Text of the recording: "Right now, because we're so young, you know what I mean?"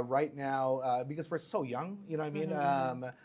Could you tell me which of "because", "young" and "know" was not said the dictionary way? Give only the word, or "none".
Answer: none